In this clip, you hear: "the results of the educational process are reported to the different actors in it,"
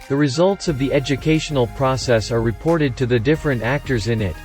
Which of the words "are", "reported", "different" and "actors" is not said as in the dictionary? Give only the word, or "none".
none